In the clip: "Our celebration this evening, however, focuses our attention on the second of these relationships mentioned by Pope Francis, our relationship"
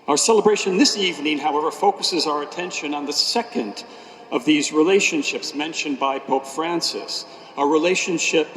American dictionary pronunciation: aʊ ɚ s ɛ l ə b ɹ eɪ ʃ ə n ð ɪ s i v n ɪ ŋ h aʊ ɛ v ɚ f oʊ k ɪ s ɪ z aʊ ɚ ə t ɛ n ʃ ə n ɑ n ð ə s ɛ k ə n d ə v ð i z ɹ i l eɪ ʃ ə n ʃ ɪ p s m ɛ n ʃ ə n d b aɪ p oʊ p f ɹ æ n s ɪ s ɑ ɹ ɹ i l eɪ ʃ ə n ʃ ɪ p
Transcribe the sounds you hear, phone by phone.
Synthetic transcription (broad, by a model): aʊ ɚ s ɛ l ə b ɹ eɪ ʃ ə n ð ɪ s i v n ɪ ŋ h aʊ ɛ v ɚ f oʊ k ɪ s ɪ z aʊ ɚ ə t ɛ n ʃ ə n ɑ n ð ə s ɛ k ə n d ə v ð i z ɹ i l eɪ ʃ ə n ʃ ɪ p s m ɛ n ʃ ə n b aɪ p oʊ p f ɹ æ n s ɪ s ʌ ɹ ɹ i l eɪ ʃ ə n ʃ ɪ p